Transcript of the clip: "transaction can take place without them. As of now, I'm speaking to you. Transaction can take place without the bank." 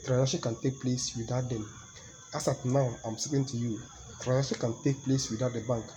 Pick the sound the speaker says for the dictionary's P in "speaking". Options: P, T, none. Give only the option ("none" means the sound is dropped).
none